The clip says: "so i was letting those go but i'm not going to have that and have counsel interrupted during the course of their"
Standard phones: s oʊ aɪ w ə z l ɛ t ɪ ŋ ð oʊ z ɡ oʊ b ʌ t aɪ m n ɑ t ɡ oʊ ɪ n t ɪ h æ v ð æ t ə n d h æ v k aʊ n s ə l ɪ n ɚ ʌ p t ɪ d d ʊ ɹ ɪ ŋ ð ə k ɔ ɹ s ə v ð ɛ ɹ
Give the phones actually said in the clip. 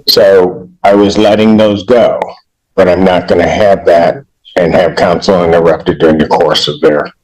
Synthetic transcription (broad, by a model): s oʊ aɪ w ə z l ɛ t ɪ ŋ ð oʊ z ɡ oʊ b ʌ t aɪ m n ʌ t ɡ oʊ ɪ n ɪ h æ v ð æ t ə n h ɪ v k aʊ n s l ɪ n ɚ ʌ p t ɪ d d ʊ ɹ ɪ ŋ ð ə k ɔ ɹ s ə v ð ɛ ɹ